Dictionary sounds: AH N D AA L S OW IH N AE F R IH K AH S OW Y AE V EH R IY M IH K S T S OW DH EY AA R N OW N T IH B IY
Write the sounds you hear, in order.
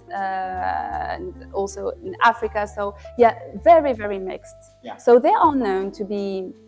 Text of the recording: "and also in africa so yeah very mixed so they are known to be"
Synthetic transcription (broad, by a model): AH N AA L S OW IH N AE F R IH K AH S OW Y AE V EH R IY M IH K S T S OW DH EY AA L N OW N T IH B IY